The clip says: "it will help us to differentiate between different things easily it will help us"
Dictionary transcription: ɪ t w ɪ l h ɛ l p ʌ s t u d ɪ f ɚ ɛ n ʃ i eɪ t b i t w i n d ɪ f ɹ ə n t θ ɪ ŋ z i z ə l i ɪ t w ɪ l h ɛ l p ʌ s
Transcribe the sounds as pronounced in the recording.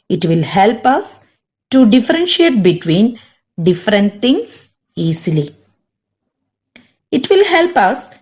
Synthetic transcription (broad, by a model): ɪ t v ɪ l h ɛ l p ʌ s t u d ɪ f ɚ ɛ n ʃ i eɪ t b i t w i n d ɪ f ɹ ə n t t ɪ ŋ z i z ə l i ɪ t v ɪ l h ɛ l p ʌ s